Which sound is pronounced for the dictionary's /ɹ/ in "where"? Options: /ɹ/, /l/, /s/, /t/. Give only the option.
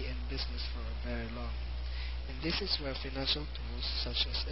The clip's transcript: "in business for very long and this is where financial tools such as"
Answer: /l/